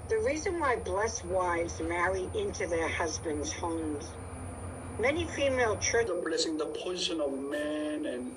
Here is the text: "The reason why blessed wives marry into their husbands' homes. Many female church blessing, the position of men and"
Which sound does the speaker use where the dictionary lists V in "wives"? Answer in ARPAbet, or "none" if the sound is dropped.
V